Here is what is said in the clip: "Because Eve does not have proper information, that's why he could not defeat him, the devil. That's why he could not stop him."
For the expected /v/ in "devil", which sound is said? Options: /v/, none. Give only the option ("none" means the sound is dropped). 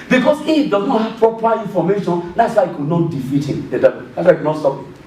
none